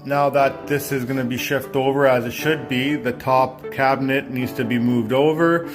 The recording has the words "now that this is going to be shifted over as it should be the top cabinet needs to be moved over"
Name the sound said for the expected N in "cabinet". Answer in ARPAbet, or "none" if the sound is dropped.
N